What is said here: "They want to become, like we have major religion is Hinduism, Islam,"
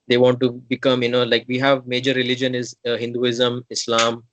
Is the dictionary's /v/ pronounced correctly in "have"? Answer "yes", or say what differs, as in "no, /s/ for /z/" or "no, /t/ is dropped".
yes